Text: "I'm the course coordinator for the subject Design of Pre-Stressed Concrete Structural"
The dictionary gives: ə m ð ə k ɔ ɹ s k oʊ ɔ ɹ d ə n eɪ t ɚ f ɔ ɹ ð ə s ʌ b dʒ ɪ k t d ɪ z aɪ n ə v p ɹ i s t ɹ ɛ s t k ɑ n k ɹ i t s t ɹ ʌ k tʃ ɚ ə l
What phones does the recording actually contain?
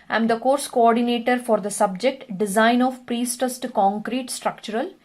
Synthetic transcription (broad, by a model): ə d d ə k ɔ ɹ s k oʊ ɔ ɹ d ə n eɪ t ɚ f ɔ ɹ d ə s ʌ b dʒ ɪ k t d ɪ z aɪ n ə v p ɹ i s t ʌ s t k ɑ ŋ k ɹ i t s t ɹ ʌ k tʃ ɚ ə l